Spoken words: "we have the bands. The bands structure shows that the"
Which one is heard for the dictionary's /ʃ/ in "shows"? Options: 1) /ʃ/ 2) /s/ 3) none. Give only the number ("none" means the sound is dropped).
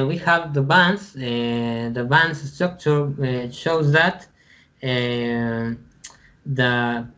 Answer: 1